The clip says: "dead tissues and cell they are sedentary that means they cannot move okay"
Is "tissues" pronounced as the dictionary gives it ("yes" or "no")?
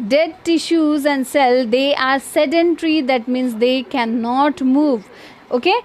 yes